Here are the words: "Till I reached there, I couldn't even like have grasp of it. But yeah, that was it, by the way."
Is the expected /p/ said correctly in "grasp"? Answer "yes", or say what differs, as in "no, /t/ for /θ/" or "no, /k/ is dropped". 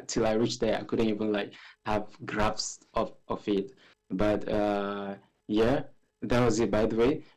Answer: no, /f/ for /p/